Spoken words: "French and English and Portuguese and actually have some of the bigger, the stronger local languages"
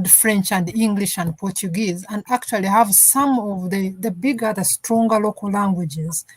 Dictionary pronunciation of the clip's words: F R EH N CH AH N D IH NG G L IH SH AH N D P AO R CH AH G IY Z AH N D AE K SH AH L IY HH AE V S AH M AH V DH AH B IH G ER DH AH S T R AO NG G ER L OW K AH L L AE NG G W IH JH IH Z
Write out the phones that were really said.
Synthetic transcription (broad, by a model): F R EH N CH AH N D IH NG G L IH SH AH N D P AO R CH AH G IY Z AH N D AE K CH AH L IY HH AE V S AH M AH V DH AH B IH G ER DH AH S T R AO NG G ER L OW K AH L L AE NG G W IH JH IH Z